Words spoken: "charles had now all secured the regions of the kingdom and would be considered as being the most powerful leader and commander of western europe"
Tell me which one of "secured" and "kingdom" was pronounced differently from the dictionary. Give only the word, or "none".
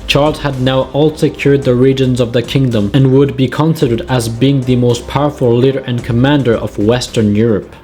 none